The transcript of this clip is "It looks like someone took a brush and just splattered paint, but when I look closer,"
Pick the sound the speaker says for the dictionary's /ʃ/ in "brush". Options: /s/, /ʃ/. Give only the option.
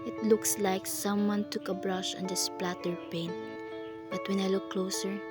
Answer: /ʃ/